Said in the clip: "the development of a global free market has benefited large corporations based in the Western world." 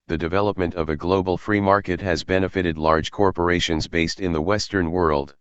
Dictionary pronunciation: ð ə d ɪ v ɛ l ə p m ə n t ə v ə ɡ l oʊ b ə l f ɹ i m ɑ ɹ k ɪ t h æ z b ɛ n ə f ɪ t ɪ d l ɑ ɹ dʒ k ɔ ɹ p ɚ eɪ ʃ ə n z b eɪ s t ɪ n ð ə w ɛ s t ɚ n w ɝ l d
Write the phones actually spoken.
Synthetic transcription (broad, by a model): ð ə d ɪ v ɛ l ə p m ə n t ə v ə ɡ l oʊ b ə l f ɹ i m ɑ ɹ k ɪ t h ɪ z b ɛ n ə f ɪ t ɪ d l ɑ ɹ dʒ k ɔ ɹ p ɚ eɪ ʃ ə n z b eɪ s t ɪ n ð ə w ɛ s t ɚ n w ɝ l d